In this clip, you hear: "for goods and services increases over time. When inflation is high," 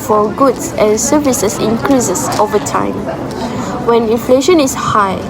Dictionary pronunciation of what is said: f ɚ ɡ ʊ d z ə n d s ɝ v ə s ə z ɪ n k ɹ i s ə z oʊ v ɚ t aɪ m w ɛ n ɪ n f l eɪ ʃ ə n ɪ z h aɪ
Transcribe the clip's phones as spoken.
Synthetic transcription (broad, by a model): f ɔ ɡ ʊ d s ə n s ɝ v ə s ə s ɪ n k ɹ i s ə s oʊ v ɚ t aɪ m w ɛ n ɪ n f l eɪ ʃ ə n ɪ s h aɪ